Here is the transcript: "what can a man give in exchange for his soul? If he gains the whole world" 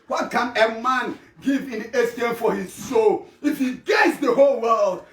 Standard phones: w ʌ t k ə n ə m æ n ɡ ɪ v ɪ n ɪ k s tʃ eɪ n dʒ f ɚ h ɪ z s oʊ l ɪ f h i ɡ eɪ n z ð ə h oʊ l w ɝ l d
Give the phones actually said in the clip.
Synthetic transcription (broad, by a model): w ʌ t k ə n ə m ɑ n ɡ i v ɪ n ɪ s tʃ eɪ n f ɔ h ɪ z s oʊ l ɪ f h i ɡ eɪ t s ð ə h oʊ l w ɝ l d